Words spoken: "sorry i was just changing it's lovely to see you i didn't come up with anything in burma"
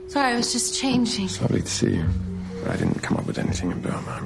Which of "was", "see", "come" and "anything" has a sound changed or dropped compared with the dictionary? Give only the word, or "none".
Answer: none